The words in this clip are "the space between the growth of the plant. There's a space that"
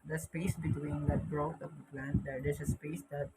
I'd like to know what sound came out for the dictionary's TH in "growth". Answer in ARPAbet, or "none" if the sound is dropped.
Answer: T